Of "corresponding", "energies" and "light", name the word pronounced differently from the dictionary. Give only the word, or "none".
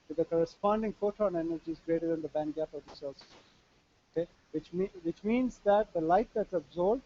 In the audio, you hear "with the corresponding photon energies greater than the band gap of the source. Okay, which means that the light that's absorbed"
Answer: none